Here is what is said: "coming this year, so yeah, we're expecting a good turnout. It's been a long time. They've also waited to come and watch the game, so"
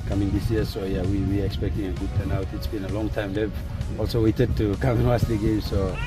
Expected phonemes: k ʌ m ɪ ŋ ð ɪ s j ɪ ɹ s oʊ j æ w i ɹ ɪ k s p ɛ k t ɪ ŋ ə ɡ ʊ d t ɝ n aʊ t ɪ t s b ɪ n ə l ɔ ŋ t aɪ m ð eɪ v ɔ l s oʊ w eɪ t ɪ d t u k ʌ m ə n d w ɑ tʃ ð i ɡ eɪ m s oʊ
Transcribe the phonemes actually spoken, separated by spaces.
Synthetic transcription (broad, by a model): k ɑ m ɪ ŋ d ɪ s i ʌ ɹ s oʊ j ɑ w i w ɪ k s p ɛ k t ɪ ŋ ə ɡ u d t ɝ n aʊ t ɪ t s b ɪ n ə l ɔ ŋ t aɪ m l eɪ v ɔ l s oʊ w eɪ t ɪ d t u k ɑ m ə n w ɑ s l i ɡ eɪ m s oʊ